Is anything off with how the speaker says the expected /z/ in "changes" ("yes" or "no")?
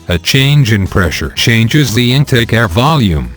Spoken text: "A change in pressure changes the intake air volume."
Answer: no